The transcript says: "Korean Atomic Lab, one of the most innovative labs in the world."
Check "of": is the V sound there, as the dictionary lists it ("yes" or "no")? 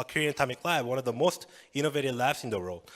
yes